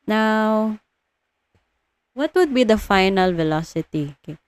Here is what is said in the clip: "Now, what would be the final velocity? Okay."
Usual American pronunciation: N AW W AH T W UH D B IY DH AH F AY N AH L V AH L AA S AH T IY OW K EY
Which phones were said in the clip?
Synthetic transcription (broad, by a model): N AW W AH T W UH D B IY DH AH F AY N AH L V AH L AA S AH T IY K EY